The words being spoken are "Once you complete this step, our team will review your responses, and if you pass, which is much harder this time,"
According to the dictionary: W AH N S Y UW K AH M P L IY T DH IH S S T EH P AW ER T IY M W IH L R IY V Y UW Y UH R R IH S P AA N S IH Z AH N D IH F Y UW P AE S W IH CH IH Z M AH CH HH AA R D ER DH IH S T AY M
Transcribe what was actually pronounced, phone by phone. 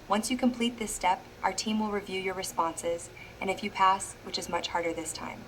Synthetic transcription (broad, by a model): W AH N S Y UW K AH M P L IY T DH IH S S T EH P AW ER T IY M W IH L R IY V Y UW Y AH R R IH S P AA N S IH Z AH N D IH F Y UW P AE S W IH CH IH Z M AH CH HH AA R D ER DH IH S T AY M